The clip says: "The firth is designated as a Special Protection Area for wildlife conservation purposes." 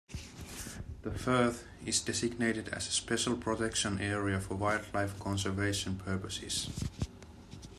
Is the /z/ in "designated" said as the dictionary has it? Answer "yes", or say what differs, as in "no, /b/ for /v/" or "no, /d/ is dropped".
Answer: no, /s/ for /z/